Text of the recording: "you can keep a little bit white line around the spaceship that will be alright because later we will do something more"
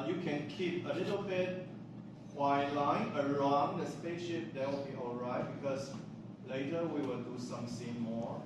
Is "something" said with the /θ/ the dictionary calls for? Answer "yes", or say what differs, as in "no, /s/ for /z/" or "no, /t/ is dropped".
no, /s/ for /θ/